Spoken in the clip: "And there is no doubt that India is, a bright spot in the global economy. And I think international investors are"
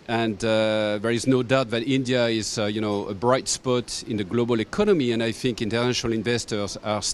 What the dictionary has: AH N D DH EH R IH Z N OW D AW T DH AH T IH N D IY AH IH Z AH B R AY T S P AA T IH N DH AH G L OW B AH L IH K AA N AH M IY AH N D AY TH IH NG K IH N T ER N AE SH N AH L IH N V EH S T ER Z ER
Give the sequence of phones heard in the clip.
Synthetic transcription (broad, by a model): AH N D DH EH R IH Z N OW D AW T DH AH T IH N D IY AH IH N AH B R AY T S P AA T IH N DH AH G L OW B AH L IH K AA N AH M IY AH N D AY TH IH NG K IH N T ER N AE SH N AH L IH N V EH S T ER Z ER